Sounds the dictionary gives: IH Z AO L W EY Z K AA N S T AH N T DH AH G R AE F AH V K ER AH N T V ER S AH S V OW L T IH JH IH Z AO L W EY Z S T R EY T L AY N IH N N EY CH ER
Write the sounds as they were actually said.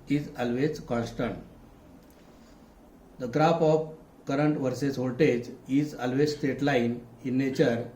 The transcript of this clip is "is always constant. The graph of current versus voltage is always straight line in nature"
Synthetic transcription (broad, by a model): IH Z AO L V EY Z K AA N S T AH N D AH G R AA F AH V K ER AH N T V ER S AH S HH OW T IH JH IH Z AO L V EY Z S T EY T L AY N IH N N EY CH ER